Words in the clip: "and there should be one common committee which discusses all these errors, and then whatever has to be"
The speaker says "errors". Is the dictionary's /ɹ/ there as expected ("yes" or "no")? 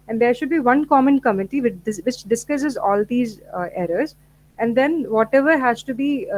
yes